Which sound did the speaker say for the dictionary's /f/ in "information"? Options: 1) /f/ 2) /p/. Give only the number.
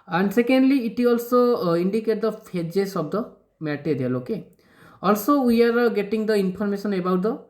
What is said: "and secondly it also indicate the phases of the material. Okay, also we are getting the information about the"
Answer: 2